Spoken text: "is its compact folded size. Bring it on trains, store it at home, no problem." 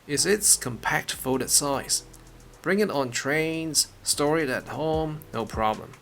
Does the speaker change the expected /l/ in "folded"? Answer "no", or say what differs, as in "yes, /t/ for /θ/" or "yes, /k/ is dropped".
yes, /l/ is dropped